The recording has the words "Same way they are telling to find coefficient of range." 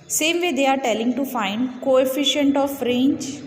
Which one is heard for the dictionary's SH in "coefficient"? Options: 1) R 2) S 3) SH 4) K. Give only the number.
3